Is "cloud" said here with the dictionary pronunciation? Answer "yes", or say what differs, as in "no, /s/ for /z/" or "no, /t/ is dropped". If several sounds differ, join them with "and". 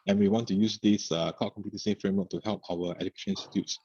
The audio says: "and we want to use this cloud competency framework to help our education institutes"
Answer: no, /l/ is dropped